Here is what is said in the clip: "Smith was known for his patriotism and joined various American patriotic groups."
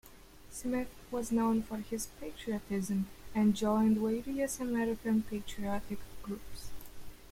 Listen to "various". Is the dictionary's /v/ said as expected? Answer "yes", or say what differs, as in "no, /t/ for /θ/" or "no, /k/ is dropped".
no, /w/ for /v/